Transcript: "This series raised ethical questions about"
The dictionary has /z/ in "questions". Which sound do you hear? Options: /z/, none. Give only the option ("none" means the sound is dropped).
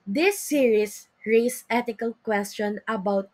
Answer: none